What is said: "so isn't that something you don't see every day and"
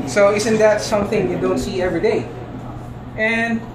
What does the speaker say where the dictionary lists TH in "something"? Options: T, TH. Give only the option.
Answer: TH